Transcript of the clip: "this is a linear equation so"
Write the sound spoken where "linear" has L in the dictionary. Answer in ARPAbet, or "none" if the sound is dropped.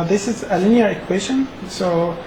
L